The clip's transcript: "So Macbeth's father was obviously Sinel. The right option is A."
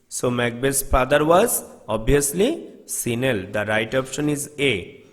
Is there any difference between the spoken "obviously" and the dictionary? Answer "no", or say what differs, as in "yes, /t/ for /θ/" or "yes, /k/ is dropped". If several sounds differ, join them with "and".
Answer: yes, /v/ is dropped